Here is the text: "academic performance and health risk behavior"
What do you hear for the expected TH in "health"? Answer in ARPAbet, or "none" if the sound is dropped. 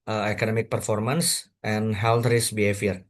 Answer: T